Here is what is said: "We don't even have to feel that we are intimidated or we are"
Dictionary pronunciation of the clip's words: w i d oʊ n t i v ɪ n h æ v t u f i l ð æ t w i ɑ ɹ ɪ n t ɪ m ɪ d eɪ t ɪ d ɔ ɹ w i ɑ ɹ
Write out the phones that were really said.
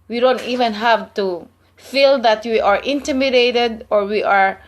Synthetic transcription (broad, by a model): w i d oʊ n t i v ɪ n h æ v t u f i l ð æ t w i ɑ ɹ ɪ n t ɪ m ɪ d eɪ t ɪ d ɔ ɹ w i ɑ ɹ